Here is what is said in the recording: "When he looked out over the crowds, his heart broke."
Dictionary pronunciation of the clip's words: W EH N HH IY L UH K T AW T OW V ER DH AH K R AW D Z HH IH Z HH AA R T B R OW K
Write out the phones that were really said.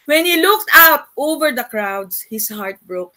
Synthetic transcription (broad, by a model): W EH N HH IY L UH K T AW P OW V ER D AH K R AW D S HH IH S HH AA R T B R OW K